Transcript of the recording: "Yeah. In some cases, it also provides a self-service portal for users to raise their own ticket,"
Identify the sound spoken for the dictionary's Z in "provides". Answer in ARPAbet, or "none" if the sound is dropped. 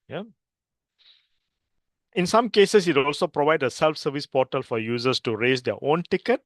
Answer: none